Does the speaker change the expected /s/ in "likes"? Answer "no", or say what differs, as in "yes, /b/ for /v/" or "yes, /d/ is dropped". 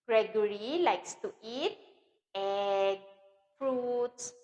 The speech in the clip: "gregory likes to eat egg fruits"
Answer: no